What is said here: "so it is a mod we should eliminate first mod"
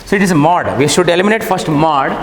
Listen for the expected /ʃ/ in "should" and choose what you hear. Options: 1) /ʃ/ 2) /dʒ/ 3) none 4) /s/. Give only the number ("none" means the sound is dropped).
1